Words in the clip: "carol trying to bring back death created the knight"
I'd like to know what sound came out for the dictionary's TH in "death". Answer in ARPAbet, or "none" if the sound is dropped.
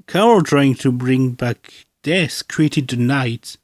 S